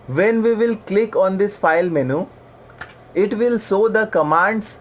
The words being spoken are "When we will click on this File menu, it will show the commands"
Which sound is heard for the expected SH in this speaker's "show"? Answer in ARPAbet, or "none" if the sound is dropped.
S